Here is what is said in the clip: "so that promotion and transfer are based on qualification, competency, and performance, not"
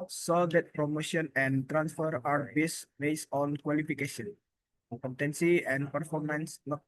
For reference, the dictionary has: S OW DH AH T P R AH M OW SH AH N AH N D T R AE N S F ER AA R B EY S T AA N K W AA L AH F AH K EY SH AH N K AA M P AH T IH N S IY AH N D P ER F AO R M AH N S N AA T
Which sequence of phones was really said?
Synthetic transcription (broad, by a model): S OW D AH T P R AH M OW SH AH N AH N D T R AE N S F ER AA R B EY S T AA N K W AA L AH F AH K EY SH AH N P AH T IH N S IY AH N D P ER F AO R M AH N S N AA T